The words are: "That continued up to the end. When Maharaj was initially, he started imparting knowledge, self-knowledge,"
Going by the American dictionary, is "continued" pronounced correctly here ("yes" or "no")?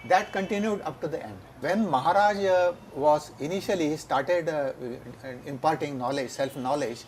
yes